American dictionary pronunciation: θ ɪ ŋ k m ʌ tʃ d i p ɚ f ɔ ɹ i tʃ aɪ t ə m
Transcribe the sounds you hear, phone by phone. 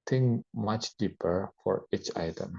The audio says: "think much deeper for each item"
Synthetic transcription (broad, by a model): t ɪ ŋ m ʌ tʃ d i p ɚ f ɔ ɹ i tʃ aɪ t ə m